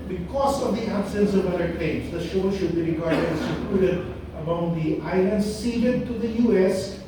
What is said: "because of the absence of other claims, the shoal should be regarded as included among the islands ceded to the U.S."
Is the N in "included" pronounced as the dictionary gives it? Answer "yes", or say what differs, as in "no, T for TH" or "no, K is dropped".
no, N is dropped